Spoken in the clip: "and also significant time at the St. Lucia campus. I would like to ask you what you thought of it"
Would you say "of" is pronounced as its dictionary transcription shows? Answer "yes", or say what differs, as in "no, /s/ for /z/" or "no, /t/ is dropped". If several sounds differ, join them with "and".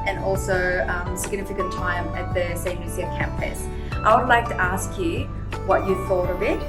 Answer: no, /b/ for /v/